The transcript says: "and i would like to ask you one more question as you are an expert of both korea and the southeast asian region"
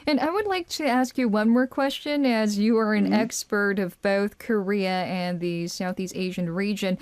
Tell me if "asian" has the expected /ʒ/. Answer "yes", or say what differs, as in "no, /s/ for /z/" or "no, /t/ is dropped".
yes